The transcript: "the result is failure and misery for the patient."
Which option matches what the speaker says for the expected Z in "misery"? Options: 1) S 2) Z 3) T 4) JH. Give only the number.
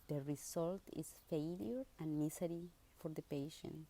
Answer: 1